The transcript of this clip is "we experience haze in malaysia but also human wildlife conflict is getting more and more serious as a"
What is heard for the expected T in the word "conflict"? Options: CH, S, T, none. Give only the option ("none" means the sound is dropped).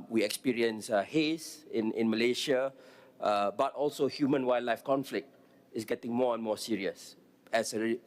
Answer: T